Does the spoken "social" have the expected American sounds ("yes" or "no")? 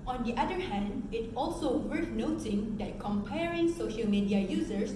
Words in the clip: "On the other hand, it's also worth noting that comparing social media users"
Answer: yes